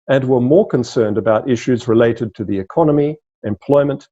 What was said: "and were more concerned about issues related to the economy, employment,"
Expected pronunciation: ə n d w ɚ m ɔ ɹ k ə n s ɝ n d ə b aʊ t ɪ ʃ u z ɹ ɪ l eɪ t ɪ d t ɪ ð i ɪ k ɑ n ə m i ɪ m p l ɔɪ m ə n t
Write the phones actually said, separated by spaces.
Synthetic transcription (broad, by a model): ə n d w ɚ m ɔ ɹ k ə n s ɝ n d ə b aʊ t ɪ ʃ u z ɹ ɪ l eɪ t ɪ d t ɪ ð i ɪ k ɑ n ə m i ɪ m p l ɔɪ m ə n t